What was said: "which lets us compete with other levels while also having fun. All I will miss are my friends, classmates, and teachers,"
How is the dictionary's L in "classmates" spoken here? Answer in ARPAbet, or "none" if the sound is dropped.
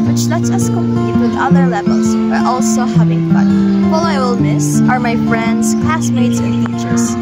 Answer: none